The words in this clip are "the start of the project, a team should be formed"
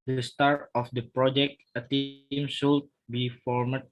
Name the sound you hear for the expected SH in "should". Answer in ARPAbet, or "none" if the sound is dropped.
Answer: S